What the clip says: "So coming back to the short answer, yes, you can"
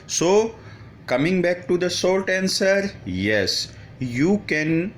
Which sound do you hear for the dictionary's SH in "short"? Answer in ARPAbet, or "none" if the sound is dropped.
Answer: S